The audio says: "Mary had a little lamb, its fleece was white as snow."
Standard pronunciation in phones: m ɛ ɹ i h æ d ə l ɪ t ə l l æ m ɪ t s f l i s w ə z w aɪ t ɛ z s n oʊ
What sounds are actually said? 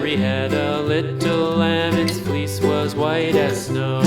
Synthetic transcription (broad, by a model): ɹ i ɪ d ə l ɪ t l l æ m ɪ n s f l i s w ə z w aɪ t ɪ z s n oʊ